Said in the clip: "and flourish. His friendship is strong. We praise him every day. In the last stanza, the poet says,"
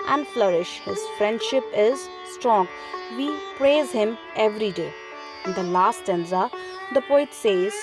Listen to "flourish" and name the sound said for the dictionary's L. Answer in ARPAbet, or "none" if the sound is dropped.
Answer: L